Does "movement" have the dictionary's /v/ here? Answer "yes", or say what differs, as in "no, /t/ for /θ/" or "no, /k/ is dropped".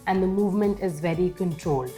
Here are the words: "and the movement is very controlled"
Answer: yes